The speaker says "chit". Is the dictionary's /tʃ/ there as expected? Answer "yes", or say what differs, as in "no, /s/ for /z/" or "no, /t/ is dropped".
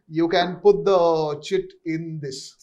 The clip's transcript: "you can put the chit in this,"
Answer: yes